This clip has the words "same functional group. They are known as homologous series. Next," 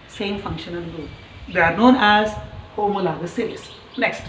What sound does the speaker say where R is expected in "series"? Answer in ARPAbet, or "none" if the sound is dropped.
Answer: L